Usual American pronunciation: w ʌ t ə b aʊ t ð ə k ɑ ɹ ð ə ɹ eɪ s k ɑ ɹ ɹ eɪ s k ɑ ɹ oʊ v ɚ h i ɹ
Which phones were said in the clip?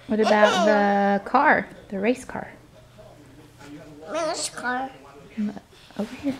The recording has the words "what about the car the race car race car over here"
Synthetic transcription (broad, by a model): w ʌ t ə b aʊ t ð ə k ɑ ɹ ð ə ɹ eɪ s k ɑ ɹ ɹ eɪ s k ɑ ɹ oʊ ʊ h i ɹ